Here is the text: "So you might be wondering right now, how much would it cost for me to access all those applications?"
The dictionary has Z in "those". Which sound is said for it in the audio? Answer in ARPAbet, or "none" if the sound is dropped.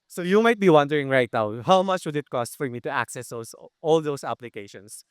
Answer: S